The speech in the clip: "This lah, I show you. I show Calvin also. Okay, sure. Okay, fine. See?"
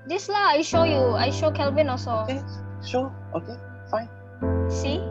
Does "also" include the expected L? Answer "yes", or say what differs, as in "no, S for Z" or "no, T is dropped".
no, L is dropped